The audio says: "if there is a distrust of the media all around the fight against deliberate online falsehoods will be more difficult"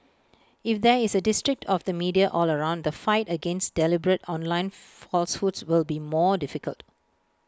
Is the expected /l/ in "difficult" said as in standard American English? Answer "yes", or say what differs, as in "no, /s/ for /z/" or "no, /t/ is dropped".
yes